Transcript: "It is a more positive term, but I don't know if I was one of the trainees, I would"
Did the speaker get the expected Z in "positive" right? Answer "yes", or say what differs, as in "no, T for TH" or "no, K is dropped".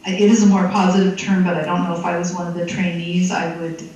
yes